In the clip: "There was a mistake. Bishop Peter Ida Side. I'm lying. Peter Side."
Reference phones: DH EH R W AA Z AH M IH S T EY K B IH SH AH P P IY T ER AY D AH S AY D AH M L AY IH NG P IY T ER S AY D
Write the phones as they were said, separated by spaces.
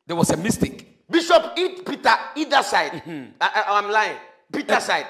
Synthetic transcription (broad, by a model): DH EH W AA S AH M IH S T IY K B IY SH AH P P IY T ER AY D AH S AY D AH M L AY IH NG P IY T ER S AY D